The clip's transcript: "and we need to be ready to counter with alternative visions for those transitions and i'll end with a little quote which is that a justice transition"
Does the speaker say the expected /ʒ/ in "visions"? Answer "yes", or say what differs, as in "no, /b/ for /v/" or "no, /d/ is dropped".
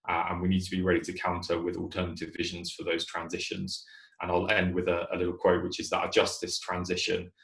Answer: yes